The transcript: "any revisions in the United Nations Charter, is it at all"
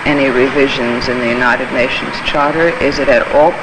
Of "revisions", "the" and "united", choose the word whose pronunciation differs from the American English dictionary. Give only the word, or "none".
none